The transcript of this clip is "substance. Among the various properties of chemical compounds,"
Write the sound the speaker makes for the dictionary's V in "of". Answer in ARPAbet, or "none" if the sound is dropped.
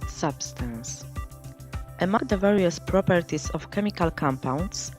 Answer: F